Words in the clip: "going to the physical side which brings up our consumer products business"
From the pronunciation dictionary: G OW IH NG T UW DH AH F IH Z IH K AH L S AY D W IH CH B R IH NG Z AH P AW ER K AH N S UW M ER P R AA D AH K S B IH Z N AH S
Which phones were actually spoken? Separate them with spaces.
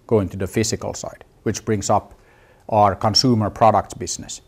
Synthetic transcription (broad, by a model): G OW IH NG T UW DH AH F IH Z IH K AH L S AY D W IH CH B R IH NG S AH P AW ER K AH N S UW M ER P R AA D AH K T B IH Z N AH S